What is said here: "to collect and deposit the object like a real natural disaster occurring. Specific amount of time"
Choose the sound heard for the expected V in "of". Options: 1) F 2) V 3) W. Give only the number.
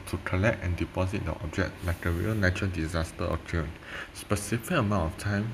1